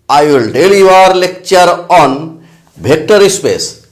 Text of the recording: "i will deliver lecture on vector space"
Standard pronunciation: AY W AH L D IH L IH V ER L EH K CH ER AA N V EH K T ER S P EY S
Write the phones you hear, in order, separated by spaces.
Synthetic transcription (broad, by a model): AY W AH L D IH L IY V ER L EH K CH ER AA N B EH K T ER S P EY S